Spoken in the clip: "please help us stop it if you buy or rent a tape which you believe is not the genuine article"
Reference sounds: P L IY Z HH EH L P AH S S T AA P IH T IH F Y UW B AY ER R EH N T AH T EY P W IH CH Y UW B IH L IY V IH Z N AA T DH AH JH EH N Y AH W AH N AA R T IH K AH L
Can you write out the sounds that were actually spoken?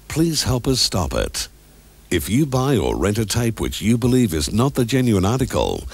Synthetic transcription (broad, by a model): P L IY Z HH EH L P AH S S T AA P IH T IH F Y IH B AY ER R EH N T AH T EY P W IH CH Y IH B IH L IY V IH Z N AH T DH AH JH EH N Y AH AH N AA R T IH K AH L